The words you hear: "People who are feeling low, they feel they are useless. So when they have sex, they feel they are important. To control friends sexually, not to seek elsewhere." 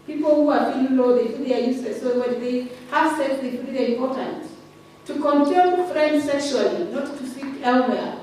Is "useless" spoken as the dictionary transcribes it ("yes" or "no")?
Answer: no